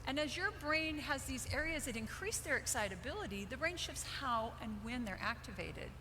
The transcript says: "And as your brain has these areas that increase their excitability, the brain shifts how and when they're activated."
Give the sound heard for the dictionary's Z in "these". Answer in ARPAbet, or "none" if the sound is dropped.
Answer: Z